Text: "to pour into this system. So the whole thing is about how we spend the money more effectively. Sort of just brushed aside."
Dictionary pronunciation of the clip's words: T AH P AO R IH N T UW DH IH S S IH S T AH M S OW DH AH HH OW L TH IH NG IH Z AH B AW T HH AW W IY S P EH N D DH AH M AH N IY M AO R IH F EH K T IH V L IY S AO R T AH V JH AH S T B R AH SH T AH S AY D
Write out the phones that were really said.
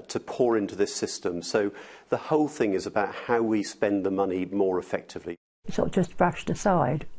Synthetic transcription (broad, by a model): T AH P AO R IH N T UW DH IH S S IH S T AH M S OW DH AH HH OW L TH IH NG IH Z AH B AW T HH AW W IY S P EH N DH AH M AH N IY M AO R IH F EH K T IH V L IY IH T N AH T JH AH S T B R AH SH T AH S AY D